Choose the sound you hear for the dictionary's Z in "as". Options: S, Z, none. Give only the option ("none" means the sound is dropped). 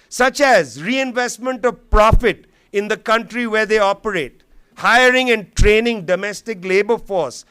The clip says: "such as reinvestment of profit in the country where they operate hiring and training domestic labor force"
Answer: Z